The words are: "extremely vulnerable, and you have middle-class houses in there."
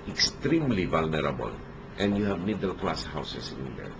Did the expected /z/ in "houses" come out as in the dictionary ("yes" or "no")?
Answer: no